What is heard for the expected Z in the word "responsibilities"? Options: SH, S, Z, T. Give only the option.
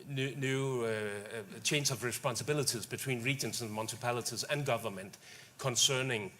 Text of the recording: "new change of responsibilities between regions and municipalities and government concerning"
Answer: Z